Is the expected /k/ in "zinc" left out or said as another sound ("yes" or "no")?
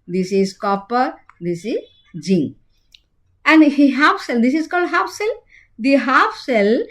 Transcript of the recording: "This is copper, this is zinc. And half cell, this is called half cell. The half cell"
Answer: yes